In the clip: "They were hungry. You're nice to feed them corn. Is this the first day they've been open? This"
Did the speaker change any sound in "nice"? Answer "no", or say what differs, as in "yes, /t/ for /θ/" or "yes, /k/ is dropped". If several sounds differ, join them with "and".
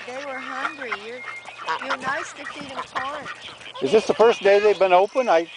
no